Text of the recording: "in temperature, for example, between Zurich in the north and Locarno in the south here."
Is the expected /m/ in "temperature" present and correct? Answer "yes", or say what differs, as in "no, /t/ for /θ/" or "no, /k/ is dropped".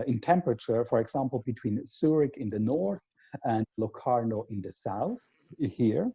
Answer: yes